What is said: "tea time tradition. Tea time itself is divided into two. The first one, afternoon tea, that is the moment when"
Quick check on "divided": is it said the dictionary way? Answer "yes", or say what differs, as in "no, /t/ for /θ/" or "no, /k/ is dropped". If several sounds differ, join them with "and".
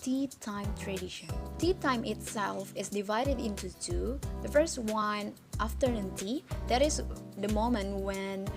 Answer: yes